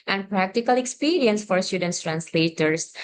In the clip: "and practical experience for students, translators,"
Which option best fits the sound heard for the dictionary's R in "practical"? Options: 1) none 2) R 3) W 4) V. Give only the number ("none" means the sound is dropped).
2